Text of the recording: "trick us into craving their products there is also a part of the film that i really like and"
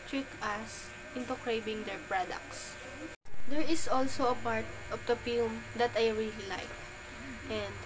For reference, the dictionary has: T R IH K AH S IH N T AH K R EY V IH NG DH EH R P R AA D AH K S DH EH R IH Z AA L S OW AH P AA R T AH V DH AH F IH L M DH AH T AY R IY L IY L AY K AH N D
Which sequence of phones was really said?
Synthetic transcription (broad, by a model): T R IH K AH S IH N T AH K R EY B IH NG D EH R P R AA D AH K S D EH R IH S AA L S OW AH P AA R T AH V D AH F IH L M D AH T AY R IY L IY L AY K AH N D